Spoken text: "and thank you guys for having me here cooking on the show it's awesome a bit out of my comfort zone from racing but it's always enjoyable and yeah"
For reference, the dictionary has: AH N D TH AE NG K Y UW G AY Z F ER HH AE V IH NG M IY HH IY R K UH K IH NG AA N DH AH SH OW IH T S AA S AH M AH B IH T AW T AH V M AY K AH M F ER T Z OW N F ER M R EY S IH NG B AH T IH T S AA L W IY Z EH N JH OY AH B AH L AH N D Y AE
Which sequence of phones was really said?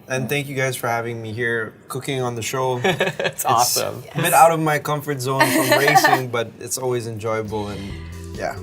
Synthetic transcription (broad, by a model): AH N TH AE NG K Y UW G AY Z F ER HH AE V IH NG M IY HH IY R K UH K IH NG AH N DH AH SH OW IH T S AA S AH M AH B IH T AW T AH V M AY K AH M F ER T Z OW N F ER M R EY S IH NG B AH T IH T S AA L W IY Z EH N JH OY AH B L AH N Y AE